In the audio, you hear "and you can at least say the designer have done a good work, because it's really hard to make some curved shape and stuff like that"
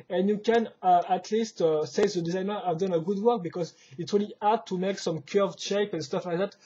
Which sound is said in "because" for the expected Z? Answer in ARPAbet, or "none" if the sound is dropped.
Z